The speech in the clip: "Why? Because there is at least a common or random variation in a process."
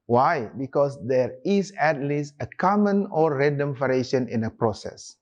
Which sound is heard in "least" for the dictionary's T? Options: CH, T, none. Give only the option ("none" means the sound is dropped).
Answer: T